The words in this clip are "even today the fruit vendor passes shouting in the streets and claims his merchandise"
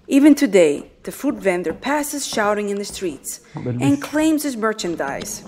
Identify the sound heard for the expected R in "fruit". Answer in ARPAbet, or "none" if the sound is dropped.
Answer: none